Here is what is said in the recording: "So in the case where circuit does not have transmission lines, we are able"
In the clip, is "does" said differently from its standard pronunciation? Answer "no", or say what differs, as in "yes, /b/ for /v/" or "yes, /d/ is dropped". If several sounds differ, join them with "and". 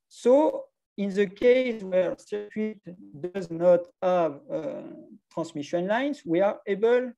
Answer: no